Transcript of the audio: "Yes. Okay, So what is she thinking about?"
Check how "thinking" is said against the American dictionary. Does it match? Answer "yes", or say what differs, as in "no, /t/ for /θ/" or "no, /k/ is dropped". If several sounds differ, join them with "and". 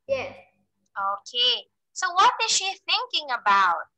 yes